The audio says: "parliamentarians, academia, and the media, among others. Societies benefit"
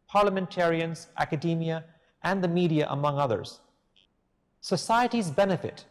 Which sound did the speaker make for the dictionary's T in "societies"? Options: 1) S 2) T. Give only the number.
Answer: 2